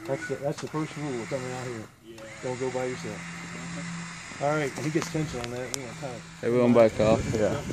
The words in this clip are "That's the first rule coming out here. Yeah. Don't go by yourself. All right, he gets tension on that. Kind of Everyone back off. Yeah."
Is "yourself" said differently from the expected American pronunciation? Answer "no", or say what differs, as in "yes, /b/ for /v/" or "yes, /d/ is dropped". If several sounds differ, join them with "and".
yes, /f/ is dropped